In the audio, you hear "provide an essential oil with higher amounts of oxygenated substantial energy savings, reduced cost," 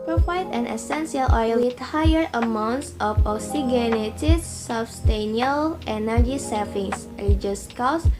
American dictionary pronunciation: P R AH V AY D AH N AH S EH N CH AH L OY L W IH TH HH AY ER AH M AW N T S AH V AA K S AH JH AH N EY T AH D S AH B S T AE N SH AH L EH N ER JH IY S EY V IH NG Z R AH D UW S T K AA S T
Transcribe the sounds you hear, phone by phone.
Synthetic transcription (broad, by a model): P R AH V AY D AH N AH S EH N S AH L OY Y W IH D HH AY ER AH M AW N T S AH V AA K S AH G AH N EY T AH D S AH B S T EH N AH L EH N ER JH IY S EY F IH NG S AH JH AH S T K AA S